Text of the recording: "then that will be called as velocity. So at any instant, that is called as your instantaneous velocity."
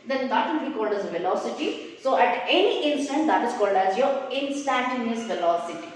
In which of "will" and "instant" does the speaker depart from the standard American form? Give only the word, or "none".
will